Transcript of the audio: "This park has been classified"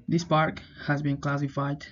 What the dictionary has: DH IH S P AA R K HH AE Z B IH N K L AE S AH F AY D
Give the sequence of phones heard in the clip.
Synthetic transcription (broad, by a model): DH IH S P AA R K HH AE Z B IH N K L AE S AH F AY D